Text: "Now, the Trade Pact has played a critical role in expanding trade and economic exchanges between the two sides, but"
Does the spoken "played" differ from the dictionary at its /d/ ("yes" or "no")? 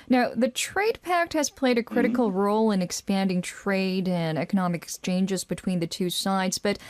no